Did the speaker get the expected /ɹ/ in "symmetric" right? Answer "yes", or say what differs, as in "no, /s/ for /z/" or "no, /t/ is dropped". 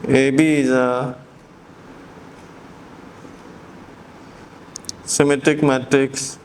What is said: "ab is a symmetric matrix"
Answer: no, /ɹ/ is dropped